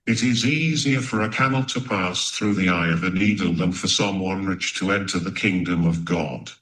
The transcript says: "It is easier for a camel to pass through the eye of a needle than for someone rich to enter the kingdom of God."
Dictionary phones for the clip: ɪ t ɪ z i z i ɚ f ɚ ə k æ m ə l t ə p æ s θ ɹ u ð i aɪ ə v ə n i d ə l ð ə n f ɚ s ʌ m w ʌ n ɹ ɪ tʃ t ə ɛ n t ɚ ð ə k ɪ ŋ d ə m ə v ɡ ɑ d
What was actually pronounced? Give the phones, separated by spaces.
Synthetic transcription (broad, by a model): ɪ t ɪ z i z i ɚ f ɚ ə k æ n l t ə p æ s θ ɹ u ð i aɪ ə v ə n i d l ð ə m f ɚ s ʌ m w ʌ n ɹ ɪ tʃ t ə ɛ n t ɚ ð ə k ɪ ŋ d ə m ə v ɡ ɑ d